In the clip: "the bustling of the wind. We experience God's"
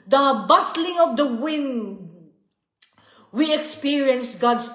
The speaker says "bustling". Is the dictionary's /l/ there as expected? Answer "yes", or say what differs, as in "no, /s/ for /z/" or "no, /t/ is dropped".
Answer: yes